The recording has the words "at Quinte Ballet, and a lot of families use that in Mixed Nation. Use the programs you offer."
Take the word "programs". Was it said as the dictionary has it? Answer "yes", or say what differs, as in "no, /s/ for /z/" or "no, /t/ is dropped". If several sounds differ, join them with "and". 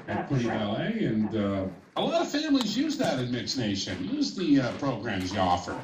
yes